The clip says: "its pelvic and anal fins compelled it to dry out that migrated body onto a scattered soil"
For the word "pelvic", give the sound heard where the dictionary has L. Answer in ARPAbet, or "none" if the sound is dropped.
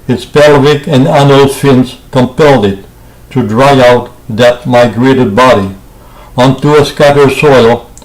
L